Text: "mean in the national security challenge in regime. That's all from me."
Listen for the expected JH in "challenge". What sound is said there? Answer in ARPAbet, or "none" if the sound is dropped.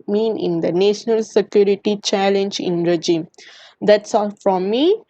JH